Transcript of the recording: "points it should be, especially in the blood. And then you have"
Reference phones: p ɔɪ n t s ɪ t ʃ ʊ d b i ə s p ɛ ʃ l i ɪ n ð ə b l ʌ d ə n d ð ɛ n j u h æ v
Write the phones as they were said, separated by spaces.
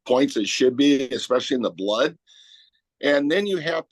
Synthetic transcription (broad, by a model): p ɔɪ n t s ɪ t ʃ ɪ d b i ə s p ɛ ʃ l i ɪ n ð ə b l ʌ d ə n ð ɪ n j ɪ h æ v